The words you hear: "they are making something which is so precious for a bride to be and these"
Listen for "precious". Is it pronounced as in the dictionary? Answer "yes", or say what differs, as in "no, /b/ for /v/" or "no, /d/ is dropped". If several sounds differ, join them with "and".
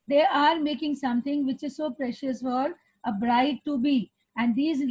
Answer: yes